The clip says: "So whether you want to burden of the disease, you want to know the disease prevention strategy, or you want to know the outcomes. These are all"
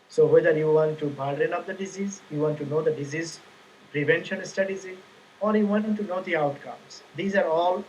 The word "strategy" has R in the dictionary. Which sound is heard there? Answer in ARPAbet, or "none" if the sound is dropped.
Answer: none